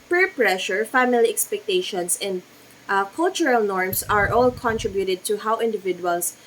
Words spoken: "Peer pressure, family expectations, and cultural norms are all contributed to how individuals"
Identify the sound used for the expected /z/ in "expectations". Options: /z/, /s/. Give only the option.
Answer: /s/